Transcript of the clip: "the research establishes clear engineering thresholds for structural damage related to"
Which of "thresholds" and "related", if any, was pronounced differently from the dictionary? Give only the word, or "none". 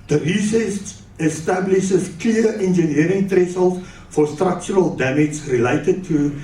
thresholds